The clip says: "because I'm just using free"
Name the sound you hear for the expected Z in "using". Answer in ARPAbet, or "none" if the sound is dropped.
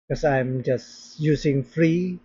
S